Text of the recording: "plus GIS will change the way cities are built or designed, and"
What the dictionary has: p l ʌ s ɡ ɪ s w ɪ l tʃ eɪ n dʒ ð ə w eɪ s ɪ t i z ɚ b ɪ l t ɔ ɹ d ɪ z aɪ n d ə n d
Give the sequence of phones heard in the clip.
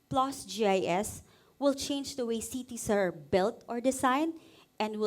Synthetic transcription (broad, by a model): p l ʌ s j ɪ s w ɪ l tʃ eɪ n dʒ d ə w eɪ s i t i s ɚ b ɪ l t ɔ ɹ d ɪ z aɪ n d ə n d